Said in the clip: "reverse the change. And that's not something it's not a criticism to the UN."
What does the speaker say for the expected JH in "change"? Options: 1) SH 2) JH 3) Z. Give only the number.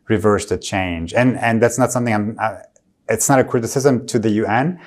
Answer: 2